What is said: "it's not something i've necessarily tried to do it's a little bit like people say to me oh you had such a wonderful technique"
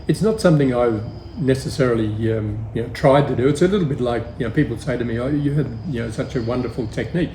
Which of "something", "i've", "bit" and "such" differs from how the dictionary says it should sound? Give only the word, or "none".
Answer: none